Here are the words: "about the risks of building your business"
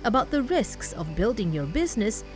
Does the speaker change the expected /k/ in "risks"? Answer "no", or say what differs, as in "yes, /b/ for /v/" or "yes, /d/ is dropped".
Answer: no